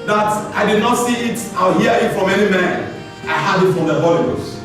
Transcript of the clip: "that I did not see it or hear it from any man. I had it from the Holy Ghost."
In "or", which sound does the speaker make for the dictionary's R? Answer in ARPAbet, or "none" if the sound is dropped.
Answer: L